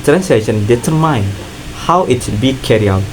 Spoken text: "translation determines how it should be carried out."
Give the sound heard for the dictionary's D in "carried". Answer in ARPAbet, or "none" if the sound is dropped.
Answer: none